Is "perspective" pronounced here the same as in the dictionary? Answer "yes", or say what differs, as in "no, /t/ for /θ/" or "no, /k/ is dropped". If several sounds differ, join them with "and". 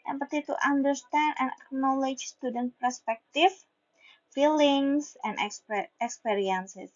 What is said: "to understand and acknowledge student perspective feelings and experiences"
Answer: no, /f/ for /v/